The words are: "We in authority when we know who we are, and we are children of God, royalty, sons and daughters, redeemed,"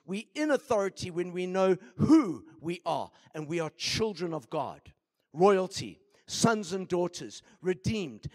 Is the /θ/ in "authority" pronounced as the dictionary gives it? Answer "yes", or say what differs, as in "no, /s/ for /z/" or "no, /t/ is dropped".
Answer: yes